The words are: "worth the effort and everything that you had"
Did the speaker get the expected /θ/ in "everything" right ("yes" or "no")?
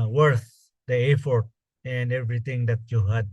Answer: no